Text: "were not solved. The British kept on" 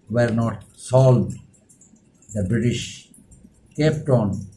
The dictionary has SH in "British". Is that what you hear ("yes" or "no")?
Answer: yes